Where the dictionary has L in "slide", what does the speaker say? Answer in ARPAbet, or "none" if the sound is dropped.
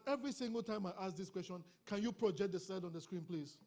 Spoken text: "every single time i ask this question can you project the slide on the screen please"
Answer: none